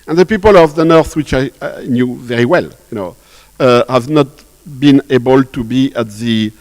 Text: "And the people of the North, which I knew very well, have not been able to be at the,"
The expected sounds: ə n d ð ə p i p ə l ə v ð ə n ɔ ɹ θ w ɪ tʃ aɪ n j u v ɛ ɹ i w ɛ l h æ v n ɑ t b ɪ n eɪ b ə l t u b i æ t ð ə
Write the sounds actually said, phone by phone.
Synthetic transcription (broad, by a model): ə n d ð ə p i p ə l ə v ð ə n ɔ ɹ θ w ɪ tʃ aɪ n j u v ɛ ɹ i w ɛ l h æ v n ɑ t b ɪ n eɪ b ə l t u b i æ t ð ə